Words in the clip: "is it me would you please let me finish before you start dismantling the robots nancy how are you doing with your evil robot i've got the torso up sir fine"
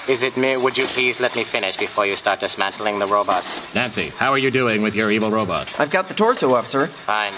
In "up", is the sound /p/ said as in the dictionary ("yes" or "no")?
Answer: no